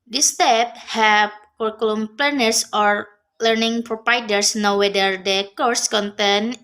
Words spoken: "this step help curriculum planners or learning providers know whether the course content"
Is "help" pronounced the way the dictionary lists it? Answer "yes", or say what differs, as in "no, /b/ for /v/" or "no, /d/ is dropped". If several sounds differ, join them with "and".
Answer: no, /l/ is dropped